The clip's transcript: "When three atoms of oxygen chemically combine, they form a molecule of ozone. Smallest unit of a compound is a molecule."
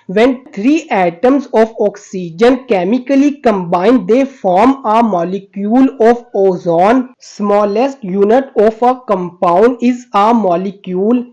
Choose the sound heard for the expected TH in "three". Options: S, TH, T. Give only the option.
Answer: T